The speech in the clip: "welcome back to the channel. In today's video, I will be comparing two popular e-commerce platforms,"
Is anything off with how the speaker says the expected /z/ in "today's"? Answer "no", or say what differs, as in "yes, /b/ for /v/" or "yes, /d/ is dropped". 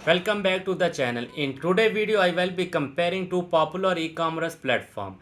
yes, /z/ is dropped